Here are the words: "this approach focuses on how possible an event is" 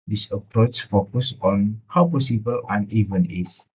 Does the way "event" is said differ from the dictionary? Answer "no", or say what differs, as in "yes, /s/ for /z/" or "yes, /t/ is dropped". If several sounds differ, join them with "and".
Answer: yes, /t/ is dropped